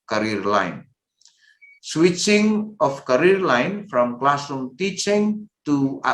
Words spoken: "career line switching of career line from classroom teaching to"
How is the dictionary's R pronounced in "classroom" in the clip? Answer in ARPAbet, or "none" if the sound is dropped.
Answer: none